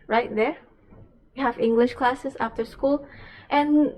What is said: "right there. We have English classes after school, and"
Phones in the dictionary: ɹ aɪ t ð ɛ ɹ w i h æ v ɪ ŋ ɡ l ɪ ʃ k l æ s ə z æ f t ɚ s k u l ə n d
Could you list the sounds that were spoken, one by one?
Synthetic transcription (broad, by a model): ɹ aɪ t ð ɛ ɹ w i h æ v ɪ ŋ ɡ l ɪ ʃ k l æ s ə s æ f t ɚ s k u l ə n